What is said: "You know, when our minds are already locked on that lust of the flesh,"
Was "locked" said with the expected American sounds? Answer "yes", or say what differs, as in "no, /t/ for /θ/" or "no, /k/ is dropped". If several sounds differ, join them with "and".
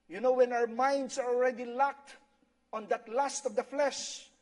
yes